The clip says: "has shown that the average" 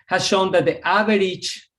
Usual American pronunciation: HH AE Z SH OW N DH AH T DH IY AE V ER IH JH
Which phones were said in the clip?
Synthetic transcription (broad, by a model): HH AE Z SH OW N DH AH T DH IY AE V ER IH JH